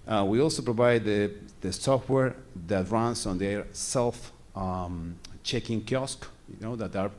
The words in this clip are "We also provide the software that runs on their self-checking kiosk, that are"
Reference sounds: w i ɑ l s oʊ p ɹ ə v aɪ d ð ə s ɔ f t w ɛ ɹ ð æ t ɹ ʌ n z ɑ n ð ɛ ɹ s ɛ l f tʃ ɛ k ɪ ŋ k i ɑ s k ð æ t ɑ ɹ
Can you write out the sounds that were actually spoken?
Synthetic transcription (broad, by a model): w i ɑ l s oʊ p ɹ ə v aɪ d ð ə s ɔ f t w ɛ ɹ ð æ t ɹ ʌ n s ɑ n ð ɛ ɹ s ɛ l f tʃ ɛ k ɪ ŋ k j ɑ s k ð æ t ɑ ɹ